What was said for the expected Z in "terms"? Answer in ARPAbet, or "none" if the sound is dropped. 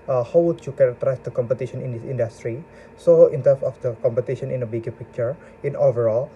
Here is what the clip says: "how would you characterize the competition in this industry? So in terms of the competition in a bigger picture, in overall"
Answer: S